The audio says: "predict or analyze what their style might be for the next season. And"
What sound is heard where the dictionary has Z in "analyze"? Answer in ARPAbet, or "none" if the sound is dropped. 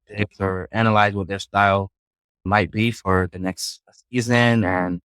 Z